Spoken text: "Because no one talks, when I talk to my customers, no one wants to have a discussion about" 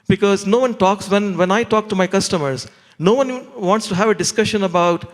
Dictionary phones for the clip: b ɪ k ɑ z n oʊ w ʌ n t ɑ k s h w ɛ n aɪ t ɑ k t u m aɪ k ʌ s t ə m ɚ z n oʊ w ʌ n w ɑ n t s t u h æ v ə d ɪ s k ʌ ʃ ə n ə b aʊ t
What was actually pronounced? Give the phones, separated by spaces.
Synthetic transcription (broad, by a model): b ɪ k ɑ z n oʊ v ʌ n t ɑ k s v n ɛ n aɪ t ɑ k t u m aɪ k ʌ s t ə m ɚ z n oʊ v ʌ n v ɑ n t s t u h æ v ə d ɪ s k ʌ ʃ ə n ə b aʊ t